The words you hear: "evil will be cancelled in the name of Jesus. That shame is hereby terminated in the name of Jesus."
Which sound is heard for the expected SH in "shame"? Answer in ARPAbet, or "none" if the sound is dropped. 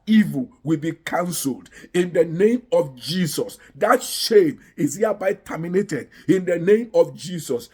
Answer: SH